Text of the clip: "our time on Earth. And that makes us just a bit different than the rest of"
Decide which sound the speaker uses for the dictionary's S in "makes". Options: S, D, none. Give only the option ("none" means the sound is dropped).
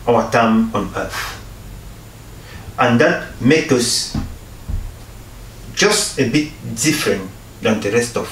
none